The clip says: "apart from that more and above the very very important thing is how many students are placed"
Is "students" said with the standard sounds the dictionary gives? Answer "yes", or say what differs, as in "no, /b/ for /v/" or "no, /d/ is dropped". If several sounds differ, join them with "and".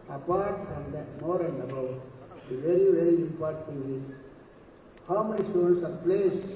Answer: no, /n/ is dropped